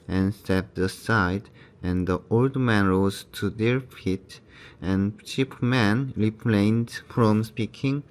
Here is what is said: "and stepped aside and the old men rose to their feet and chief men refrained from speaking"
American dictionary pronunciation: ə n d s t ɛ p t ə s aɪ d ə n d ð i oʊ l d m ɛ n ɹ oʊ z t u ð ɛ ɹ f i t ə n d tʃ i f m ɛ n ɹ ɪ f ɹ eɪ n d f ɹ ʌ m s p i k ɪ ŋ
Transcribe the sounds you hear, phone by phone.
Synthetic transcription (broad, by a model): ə n s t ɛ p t ə s aɪ d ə n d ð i oʊ l d m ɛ n ɹ oʊ z t u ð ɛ ɹ f i t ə n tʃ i p m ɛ n ɹ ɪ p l eɪ n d f ɹ ʌ m s p i k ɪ ŋ